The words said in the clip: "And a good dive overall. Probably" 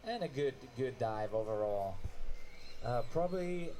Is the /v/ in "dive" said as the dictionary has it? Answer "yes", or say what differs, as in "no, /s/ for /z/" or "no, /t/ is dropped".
yes